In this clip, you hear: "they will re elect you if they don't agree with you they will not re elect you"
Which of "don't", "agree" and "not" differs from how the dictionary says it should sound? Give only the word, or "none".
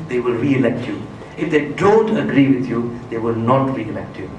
none